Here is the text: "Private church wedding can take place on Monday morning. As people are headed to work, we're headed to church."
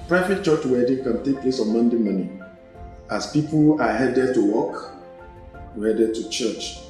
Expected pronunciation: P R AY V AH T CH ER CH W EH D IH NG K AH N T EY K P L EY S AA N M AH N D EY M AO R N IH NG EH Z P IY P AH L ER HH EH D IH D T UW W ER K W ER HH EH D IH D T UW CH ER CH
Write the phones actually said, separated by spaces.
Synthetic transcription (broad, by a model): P R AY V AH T CH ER CH W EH D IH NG K AH N T EY K P L EY S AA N M AH N D EY M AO N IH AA S P IY P AH L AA HH EH D IH D T UW W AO K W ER HH EH D IH D T UW CH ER CH